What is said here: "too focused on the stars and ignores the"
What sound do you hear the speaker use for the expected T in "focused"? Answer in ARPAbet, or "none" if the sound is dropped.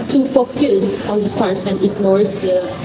none